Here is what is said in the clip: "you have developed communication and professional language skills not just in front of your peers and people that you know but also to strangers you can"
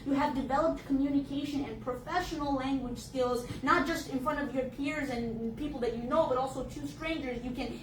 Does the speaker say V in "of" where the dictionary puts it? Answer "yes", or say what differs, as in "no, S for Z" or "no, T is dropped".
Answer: yes